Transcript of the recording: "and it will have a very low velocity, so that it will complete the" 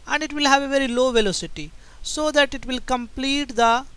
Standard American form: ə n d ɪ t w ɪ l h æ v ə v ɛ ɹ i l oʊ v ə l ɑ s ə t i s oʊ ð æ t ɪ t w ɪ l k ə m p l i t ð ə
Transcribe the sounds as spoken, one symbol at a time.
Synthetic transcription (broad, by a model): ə n d ɪ t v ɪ l h æ v ə v ɛ ɹ i l oʊ v ə l ɑ s ə t i s oʊ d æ t ɪ t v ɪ l k ə m p l i t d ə